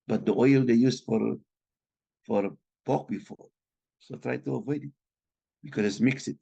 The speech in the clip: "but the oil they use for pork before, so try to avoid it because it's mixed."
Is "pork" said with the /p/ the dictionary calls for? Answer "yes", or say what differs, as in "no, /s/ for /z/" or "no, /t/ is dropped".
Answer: no, /f/ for /p/